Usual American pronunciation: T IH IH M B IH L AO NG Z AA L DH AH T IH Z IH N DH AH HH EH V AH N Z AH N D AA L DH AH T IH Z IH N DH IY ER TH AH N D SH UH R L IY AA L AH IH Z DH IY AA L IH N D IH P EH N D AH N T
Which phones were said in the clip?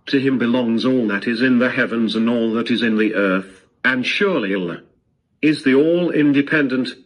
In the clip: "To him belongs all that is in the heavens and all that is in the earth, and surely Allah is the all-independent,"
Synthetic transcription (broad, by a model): T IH IH M B IH L AO NG Z AA L DH AH T IH Z IH N DH AH HH EH V AH N Z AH N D AA L DH AH T IH Z IH N DH IY ER TH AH N SH UH R L IY L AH IH Z DH IY AA L IH N D IH P EH N D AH N T